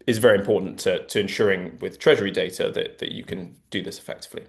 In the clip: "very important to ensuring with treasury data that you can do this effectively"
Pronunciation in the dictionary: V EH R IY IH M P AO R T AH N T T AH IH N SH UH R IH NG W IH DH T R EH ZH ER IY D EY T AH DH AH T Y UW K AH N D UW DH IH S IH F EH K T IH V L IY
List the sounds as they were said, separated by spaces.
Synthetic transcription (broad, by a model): V EH R IY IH M P AO T N T T AH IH N SH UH R IH NG W IH DH T R EH ZH ER IY D EY T AH DH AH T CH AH K AH N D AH DH IH S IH F EH K T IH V L IY